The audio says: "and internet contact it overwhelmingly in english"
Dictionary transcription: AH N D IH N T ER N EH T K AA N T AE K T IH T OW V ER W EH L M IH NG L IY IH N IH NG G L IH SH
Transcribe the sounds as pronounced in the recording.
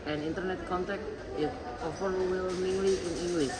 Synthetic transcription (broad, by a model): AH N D IH N T ER N EH T K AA N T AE K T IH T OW F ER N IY W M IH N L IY IH N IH NG G L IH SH